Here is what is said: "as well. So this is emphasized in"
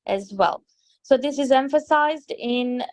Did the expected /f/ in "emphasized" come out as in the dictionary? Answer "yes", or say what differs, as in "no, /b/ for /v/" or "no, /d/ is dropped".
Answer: yes